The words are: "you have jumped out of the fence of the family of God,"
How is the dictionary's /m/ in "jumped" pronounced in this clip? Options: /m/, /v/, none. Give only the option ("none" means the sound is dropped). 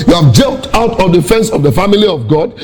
none